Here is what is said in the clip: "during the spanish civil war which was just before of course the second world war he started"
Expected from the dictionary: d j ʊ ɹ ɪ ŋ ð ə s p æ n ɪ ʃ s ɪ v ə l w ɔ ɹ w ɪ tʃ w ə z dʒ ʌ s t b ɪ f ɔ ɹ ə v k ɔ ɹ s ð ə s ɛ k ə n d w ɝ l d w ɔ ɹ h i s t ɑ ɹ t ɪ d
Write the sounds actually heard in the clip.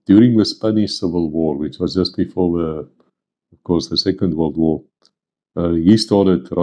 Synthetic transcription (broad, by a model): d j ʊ ɹ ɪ ŋ ð ə s p æ n ɪ ʃ s ɪ v ə l w ɔ ɹ w ɪ tʃ w ə z dʒ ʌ s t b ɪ f ɔ ɹ ə v k ɔ ɹ s ð ə s ɛ k ə n d w ɝ l d w ɔ ɹ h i s t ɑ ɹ t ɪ d